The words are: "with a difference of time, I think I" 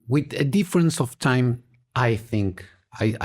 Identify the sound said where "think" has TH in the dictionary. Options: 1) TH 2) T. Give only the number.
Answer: 1